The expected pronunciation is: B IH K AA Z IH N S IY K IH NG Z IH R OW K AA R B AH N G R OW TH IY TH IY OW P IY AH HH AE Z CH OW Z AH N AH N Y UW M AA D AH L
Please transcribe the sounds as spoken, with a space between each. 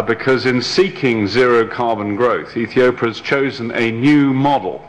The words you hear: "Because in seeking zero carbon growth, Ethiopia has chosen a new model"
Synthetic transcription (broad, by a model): B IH K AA Z IH N S IY K IH NG Z IH R OW K AA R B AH N G R OW TH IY TH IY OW P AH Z CH OW Z AH N AH N Y UW M AA D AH L